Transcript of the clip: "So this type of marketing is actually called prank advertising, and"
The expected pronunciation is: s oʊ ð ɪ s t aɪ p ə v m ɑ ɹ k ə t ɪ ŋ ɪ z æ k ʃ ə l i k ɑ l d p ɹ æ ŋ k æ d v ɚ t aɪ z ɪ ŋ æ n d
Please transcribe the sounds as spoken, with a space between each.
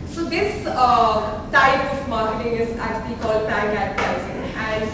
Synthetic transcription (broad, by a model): s oʊ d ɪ s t aɪ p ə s m ɑ ɹ k ə t ɪ ŋ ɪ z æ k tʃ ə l i k ɑ l d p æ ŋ æ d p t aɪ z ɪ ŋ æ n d